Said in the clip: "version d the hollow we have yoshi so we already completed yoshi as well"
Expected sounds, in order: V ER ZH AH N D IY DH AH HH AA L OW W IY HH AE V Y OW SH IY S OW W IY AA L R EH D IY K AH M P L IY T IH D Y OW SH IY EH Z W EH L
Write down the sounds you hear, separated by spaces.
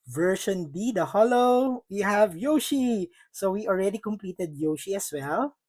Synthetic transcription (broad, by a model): V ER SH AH N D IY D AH HH AA L OW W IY HH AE V Y OW SH IY S OW W IY AA L R EH D IY K AH M P L IY T IH D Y OW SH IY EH S W EH L